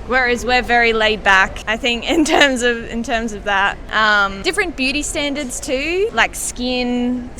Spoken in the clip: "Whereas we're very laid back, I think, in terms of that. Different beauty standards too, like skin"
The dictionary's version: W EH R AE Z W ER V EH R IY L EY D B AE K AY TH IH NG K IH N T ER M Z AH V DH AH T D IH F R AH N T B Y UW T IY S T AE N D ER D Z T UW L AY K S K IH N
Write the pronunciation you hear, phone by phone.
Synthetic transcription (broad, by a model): W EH R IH Z W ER V EH R IY L EY D B AE K AY TH IH NG K IH N T ER M Z AH V DH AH T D IH F R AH N B Y UW T IY S T AE N D ER D Z T UW L AY K S K IH N